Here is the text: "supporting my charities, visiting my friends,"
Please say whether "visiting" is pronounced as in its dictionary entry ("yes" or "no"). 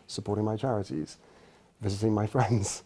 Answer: yes